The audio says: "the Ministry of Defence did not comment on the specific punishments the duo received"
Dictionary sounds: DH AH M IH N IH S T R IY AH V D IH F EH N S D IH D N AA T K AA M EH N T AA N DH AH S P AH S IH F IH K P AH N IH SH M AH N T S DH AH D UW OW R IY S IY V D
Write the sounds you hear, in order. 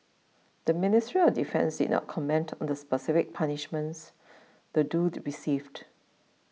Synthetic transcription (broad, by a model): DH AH M IH N IH S T R IY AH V D IH F EH N S D IH D N AA T K AA M EH N T AA N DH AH S P AH S IH F IH K P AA N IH SH M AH N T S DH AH D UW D R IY S IY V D